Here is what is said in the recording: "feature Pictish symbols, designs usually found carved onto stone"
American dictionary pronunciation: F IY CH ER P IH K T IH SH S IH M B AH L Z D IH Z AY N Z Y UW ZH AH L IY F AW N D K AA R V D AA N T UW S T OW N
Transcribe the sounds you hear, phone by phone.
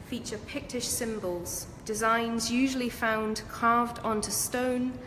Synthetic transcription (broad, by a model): F IY CH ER P IH K T IH SH S IH M B AH L Z D IH Z AY N Z Y UW ZH AH L IY F AW N D K AA V D AA N T UW S T OW N